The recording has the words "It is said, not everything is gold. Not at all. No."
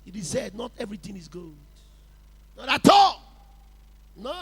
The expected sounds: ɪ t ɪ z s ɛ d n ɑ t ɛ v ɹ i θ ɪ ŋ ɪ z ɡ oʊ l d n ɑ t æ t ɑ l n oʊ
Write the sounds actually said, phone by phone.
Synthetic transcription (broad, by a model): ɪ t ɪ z s ɛ d n ɑ t ɛ v ɹ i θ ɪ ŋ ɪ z ɡ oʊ d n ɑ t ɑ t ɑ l n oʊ